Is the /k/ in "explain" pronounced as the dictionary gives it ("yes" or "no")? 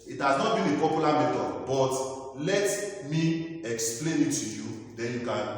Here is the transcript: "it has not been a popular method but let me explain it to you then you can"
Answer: yes